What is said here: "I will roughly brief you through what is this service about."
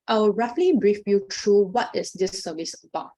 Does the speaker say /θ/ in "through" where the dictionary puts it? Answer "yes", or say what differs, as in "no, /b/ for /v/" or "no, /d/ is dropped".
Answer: no, /t/ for /θ/